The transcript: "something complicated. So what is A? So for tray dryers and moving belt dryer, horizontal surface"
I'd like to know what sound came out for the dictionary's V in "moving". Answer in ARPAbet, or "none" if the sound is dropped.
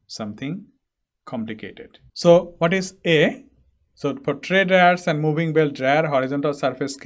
B